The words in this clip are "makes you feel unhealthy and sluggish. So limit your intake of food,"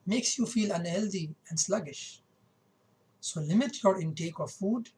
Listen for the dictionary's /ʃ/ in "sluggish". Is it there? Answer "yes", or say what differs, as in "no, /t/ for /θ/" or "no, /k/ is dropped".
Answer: yes